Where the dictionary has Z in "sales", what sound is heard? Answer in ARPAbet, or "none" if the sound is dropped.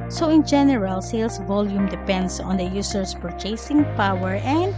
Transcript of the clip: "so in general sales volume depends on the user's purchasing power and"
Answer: S